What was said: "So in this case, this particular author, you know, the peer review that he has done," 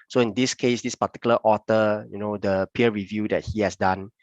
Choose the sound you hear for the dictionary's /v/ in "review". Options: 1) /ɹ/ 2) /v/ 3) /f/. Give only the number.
2